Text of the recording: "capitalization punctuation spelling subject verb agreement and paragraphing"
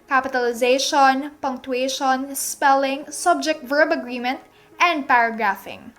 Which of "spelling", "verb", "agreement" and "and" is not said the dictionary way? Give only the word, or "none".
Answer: none